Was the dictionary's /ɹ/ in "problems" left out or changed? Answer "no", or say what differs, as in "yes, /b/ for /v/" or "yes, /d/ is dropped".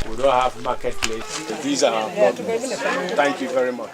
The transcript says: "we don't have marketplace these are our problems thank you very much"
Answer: yes, /ɹ/ is dropped